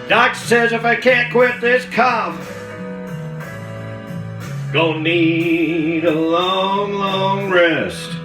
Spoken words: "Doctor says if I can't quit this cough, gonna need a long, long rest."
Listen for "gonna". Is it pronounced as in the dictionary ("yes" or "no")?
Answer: no